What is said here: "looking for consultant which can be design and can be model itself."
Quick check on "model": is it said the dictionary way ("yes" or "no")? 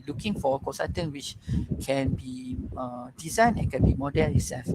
no